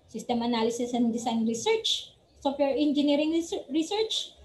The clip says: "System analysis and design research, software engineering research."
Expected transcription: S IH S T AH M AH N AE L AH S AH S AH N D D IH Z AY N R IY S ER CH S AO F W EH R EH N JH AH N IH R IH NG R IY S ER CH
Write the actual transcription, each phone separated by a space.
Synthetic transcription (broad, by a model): S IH S T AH M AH N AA L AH S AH S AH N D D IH S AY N R IY S ER CH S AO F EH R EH N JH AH N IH R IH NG R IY S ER CH